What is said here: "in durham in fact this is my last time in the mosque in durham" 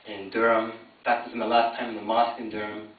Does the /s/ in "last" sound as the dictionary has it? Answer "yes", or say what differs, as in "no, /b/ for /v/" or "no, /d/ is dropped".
yes